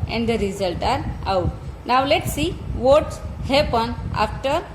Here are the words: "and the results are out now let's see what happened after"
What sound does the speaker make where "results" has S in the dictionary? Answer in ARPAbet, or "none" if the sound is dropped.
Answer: none